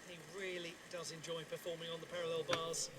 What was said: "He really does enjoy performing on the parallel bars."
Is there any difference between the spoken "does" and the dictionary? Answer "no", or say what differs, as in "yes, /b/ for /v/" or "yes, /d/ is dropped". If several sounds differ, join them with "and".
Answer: no